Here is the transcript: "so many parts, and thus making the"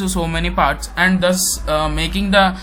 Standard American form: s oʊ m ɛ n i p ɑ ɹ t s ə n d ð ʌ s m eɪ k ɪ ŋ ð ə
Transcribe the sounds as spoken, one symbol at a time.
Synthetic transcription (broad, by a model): s oʊ m ɛ n i p ɑ ɹ t s ə n d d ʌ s m eɪ k ɪ ŋ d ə